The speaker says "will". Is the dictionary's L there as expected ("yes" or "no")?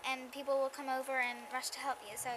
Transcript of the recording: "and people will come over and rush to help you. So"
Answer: yes